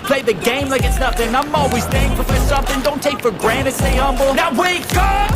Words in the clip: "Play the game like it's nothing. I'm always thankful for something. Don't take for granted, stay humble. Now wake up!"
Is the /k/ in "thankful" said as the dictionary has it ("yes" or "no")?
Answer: no